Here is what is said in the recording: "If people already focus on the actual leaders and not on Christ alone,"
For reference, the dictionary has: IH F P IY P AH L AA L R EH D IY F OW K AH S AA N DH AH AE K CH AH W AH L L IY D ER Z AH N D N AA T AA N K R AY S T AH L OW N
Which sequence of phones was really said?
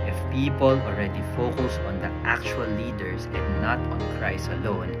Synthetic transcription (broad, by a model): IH F P IY P AH L AA L R EH D IY F OW K AH S AA N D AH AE K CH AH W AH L L IY D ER S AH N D N AA T AA N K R AY S AH L OW N